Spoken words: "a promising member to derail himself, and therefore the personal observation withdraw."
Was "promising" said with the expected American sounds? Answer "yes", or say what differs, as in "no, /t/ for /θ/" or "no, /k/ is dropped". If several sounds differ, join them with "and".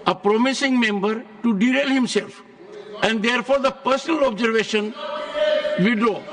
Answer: yes